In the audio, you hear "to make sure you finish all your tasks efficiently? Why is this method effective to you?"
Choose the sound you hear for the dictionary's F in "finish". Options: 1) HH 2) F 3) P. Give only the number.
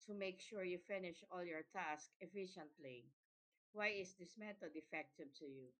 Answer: 2